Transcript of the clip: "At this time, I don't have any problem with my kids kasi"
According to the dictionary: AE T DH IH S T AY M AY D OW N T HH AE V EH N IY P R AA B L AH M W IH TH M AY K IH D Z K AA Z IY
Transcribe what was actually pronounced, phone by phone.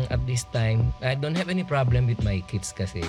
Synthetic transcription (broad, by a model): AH T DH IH S T AY M AY D OW N T HH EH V EH N IY P R AA B L AH M W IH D M AY K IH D S K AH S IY